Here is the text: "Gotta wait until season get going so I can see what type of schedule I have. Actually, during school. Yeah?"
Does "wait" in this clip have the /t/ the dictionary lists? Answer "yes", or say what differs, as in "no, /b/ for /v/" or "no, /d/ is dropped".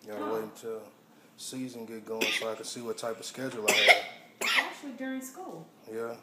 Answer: no, /t/ is dropped